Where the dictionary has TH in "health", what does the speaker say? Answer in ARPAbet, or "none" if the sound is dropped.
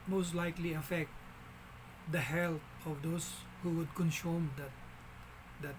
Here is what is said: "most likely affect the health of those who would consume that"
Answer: T